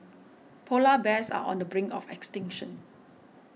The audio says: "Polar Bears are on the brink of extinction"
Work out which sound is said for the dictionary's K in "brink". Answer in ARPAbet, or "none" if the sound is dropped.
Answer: none